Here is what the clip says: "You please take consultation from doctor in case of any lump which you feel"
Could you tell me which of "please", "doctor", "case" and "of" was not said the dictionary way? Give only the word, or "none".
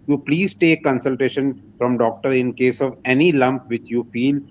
none